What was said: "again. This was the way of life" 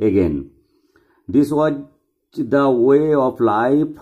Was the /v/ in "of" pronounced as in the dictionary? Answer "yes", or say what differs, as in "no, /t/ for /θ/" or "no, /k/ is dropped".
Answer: no, /p/ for /v/